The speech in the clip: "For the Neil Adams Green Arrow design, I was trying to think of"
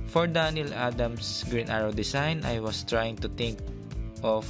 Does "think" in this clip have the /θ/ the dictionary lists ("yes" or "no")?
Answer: no